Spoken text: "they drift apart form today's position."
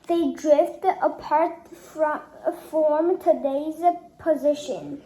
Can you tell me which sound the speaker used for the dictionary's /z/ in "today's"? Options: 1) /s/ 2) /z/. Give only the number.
2